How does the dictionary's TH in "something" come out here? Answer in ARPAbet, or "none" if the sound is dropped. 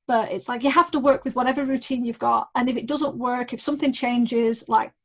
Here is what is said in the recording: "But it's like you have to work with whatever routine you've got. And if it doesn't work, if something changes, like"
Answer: TH